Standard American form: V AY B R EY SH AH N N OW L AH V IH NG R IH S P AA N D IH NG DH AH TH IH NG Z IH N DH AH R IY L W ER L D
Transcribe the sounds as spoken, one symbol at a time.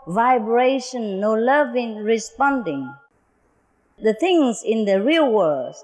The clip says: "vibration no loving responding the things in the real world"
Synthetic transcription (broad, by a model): V AY B R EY SH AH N N OW L AH V IH NG R IH S P AA N D IH NG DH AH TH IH NG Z IH N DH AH R IY L W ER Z